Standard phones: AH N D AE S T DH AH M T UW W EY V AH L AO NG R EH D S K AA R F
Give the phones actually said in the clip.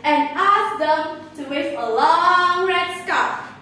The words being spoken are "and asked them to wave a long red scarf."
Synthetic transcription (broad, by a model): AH N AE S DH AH M T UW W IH F AH L AO NG R EH D S K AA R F